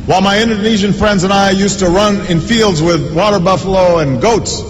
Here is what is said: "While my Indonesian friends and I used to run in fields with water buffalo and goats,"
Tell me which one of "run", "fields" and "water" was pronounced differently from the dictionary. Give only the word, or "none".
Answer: none